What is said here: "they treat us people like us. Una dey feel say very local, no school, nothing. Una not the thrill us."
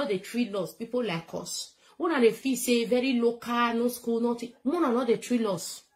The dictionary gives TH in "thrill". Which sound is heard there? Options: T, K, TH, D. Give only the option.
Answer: T